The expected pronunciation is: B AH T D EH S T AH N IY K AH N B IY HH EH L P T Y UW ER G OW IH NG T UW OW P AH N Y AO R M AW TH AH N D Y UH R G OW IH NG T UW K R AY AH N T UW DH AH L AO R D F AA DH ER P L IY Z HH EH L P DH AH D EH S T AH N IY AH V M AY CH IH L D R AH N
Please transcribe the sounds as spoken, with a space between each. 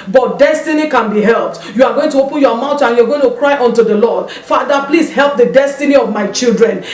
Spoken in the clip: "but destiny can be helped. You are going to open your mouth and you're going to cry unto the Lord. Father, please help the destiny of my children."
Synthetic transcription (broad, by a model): B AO T D EH S T AH N IY K AH N B IY HH EH L P T Y UW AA G OW IH NG T UW OW P AH N Y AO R M AW T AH N Y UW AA G OW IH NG T UW K R AY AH N T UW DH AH L AO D F AA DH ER P L IY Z HH EH L P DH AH D EH S T AH N IY AH V M AY CH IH L D R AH N